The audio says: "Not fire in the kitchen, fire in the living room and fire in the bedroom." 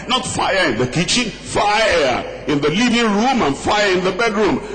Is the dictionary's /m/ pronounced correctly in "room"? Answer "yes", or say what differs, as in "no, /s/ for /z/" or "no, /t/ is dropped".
yes